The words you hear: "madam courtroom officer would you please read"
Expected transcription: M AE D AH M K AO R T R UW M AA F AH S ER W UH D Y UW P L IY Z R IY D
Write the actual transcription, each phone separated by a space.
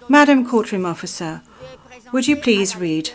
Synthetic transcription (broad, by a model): M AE D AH M K AO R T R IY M AA F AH S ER W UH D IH P L IY Z R IY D